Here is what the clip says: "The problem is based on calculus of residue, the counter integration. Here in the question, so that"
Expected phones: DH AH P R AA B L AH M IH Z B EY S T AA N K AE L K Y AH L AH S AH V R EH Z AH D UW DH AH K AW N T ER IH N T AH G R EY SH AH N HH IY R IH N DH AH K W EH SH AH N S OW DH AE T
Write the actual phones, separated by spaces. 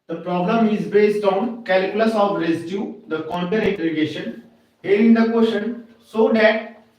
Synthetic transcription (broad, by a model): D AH P R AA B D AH M IH Z B EY S T AA N K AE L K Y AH L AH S AH V R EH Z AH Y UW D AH K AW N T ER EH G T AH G EY SH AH N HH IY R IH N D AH K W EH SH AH N S OW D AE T